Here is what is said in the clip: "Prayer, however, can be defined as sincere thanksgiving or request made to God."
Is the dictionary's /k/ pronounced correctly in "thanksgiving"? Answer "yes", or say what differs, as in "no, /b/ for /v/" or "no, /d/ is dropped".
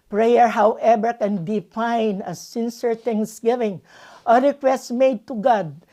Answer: no, /k/ is dropped